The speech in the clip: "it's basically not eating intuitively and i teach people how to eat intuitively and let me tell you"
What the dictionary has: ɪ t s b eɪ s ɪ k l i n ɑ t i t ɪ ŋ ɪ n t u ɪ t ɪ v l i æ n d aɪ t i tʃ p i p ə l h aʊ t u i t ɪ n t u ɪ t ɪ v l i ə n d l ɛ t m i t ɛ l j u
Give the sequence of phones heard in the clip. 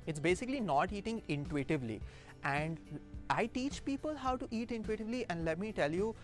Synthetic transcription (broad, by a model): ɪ t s b eɪ s ɪ k l i n ɑ t i t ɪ ŋ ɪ n t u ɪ t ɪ v l i æ n d aɪ t i tʃ p i p ə l h aʊ t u i t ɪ n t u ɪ t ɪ v l i ə n d l ɛ t m i t ɛ l j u